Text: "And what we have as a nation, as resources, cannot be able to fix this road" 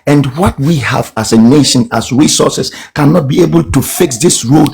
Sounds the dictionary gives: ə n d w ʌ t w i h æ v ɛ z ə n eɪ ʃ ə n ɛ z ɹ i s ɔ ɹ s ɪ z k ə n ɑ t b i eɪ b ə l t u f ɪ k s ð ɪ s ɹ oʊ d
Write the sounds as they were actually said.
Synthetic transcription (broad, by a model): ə n d w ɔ t w i h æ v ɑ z ə n eɪ ʃ ə n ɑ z ɹ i s ɔ s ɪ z k ə n ɑ t b i eɪ b ə l t u f ɪ k s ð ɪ s ɹ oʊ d